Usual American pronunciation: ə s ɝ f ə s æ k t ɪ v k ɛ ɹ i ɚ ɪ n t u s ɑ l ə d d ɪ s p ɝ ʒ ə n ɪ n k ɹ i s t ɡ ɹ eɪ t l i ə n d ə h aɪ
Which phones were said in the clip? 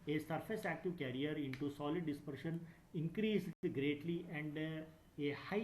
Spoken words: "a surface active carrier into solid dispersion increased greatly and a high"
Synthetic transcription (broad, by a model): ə s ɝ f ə s æ k t ɪ v k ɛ ɹ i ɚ ɪ n t u s ɑ l ə d d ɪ s p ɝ ʃ ə n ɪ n k ɹ i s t ɡ ɹ eɪ t l i ə n d ə h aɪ